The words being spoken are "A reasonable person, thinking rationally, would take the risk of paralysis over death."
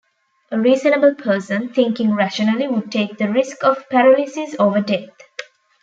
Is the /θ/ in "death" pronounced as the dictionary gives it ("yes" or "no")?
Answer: no